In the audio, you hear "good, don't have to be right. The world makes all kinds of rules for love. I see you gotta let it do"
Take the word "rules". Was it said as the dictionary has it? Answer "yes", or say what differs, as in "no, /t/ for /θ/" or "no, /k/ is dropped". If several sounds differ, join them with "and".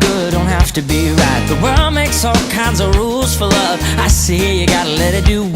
yes